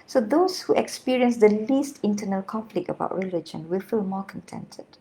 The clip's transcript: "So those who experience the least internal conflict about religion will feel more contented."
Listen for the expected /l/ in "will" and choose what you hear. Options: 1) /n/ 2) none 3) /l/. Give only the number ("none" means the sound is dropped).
3